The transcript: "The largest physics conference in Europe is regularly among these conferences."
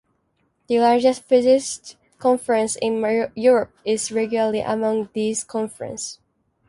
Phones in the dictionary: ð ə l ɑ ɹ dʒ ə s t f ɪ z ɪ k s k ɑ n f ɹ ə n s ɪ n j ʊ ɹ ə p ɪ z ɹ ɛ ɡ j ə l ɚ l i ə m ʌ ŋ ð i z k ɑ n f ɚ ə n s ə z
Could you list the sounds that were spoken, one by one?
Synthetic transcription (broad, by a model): ð ə l ɑ ɹ dʒ ə s t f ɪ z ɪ s k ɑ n f ɹ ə n s ɪ n j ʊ ɹ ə p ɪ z ɹ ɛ ɡ j l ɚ l i ə m ʌ ŋ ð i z k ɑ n f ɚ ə n s